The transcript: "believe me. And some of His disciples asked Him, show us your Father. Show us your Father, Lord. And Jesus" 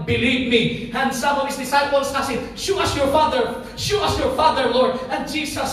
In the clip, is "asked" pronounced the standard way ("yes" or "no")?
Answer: no